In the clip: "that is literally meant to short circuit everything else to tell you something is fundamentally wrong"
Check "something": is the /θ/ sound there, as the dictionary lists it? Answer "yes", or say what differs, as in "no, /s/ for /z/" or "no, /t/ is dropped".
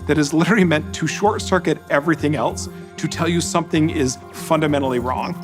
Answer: yes